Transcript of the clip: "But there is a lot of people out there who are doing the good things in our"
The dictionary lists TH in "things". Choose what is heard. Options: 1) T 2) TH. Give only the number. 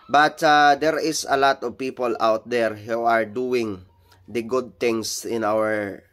1